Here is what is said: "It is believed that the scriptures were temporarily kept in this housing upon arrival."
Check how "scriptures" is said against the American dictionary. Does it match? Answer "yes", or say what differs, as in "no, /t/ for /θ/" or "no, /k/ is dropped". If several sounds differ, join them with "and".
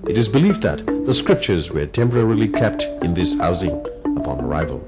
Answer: yes